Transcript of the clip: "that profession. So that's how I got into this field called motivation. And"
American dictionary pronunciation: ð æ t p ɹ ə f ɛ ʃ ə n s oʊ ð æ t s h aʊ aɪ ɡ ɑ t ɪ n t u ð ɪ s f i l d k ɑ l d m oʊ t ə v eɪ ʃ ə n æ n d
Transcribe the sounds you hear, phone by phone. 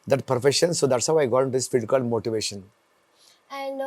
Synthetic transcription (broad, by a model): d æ t p ɹ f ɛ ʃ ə n s oʊ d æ t s h aʊ aɪ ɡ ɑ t ɪ n t u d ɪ s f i d k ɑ l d m oʊ t ə v eɪ ʃ ə n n